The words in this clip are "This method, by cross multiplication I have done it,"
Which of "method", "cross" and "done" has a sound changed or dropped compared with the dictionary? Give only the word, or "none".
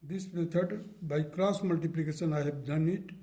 method